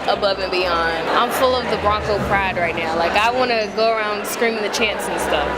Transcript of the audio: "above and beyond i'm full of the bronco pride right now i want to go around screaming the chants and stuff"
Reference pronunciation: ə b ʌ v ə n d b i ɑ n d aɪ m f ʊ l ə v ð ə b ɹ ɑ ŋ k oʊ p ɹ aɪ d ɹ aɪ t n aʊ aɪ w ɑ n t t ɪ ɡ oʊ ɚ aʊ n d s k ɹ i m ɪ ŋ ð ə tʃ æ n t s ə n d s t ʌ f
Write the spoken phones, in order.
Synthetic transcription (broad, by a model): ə b ʌ v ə n b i ɑ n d aɪ m f ʊ l ə v ð ə b ɹ ɑ ŋ k oʊ p ɹ aɪ d ɹ aɪ t n aʊ aɪ w ɑ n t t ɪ ɡ oʊ ɚ aʊ n d s k ɹ i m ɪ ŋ ð ə tʃ æ n s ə n s t ʌ f